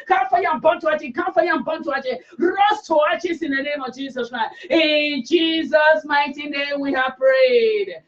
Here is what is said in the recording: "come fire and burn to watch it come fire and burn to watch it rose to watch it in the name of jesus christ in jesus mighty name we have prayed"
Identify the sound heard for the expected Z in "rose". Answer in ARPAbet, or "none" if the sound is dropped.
S